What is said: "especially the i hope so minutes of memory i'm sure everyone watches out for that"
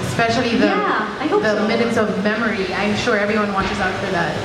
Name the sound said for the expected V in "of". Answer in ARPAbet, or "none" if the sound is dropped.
V